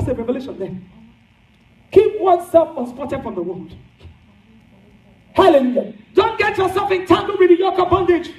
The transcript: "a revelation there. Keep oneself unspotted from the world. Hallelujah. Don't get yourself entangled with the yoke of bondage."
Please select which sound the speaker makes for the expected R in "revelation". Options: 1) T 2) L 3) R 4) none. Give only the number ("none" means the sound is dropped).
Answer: 3